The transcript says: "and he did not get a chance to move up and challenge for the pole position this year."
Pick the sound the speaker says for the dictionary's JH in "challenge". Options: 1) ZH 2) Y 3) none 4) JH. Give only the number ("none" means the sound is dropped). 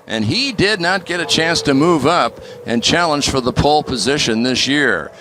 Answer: 1